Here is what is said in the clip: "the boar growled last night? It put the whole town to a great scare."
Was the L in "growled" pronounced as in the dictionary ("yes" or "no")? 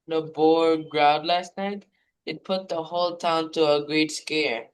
no